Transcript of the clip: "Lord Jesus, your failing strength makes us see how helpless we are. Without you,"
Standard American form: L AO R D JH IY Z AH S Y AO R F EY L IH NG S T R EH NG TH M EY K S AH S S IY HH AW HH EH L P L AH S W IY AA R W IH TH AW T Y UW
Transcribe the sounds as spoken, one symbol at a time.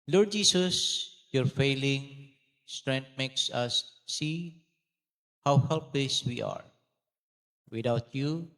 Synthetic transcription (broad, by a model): L AO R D JH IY S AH S Y AO R F EY L IH NG S T R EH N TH M EY K S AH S S IY HH AW HH EH L P L AH S W IY AA R W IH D AW T Y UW